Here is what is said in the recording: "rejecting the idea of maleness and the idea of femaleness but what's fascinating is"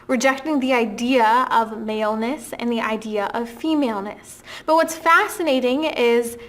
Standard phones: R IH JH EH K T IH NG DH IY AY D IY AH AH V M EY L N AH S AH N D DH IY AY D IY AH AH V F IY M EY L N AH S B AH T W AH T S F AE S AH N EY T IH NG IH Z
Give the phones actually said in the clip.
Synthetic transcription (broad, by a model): R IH JH EH K T IH NG DH IY AY D IY AH AH V M EY L N AH S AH N DH IY AY D IY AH AH V F IY M EY L N AH S B AH T W AH T S F AE S AH N EY T IH NG IH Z